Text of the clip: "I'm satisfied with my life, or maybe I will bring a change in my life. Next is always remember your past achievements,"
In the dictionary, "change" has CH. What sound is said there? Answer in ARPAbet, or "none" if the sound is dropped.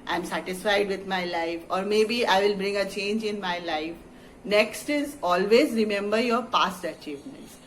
CH